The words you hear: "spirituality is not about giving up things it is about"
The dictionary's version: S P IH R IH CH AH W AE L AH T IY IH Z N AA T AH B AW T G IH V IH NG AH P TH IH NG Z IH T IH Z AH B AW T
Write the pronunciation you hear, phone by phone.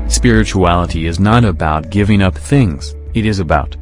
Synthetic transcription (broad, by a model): S P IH R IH CH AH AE L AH T IY IH Z N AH T AH B AW T G IH V IH NG AH P TH IH NG Z IH T IH Z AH B AW T